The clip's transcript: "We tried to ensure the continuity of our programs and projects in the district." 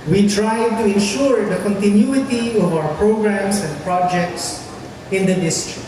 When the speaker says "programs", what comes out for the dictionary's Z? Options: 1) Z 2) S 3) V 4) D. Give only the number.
2